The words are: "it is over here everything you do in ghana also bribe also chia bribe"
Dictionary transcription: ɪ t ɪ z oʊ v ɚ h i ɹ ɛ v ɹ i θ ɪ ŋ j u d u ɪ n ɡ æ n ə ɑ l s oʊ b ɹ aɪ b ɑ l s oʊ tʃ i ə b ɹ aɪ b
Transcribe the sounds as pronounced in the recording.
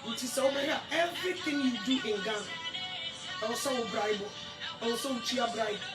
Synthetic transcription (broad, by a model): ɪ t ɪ s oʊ b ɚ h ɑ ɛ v ɹ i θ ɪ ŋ j u d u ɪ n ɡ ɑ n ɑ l s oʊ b ɹ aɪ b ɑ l s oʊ tʃ i ə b ɹ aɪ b